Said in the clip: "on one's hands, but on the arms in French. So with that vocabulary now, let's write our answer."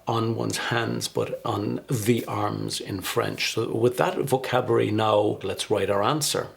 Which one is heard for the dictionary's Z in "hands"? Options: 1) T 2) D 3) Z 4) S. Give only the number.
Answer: 3